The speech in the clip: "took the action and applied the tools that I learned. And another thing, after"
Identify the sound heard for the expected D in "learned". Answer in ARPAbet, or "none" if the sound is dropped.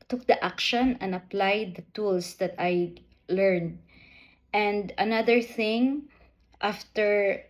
D